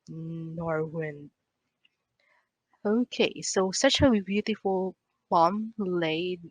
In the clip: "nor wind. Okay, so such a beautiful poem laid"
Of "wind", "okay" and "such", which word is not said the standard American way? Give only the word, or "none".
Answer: wind